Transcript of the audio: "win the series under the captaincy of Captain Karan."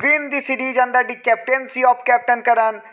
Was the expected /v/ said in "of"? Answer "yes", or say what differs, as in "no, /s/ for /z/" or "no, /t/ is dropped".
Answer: no, /p/ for /v/